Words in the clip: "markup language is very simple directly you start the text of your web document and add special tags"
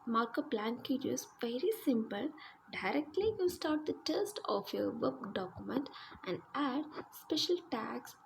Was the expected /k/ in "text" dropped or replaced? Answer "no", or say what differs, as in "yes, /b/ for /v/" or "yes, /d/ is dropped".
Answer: yes, /k/ is dropped